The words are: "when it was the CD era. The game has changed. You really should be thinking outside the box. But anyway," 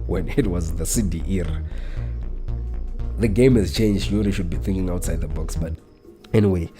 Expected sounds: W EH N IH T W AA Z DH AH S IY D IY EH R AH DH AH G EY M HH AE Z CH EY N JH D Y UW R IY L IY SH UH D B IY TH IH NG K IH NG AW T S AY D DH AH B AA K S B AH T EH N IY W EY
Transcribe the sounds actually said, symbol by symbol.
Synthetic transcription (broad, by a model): W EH N IH T W AA Z DH AH S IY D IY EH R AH DH AH G EY M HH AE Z CH EY N JH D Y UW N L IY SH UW D B IY TH IH NG K IH NG AW T S AY D DH AH B AA K S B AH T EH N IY W EY